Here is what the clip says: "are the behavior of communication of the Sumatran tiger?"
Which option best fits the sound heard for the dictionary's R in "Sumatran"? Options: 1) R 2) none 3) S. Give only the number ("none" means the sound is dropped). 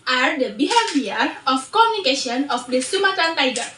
2